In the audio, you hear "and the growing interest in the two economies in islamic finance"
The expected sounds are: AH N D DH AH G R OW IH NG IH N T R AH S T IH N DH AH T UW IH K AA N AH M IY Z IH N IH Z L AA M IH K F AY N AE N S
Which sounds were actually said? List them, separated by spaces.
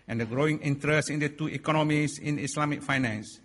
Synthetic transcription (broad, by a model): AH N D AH G R OW IH NG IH N T R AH S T IH N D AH T UW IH K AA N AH M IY S IH N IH S L AA M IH K F AY N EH N S